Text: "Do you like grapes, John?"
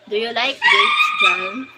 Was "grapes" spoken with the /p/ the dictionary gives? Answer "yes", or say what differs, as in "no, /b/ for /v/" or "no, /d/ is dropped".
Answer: no, /p/ is dropped